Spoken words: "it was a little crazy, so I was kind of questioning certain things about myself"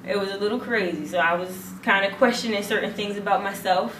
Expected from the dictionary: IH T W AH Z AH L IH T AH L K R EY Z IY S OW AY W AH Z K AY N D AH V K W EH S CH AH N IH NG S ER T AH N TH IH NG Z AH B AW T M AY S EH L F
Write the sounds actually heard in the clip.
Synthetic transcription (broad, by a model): IH T W AH Z AH L IH T L K R EY Z IY S OW AY W AH Z K AY N D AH K W EH S CH AH N IH NG S ER T N TH IH NG Z AH B AW T M AY S EH L F